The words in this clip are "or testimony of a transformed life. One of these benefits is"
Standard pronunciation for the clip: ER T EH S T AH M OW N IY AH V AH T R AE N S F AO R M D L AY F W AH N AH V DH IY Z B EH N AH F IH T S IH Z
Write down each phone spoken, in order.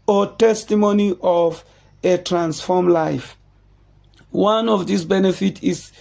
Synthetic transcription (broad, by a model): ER T EH S T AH M OW N IY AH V AH T R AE N S F AO M L AY F W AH N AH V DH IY S B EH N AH F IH T IH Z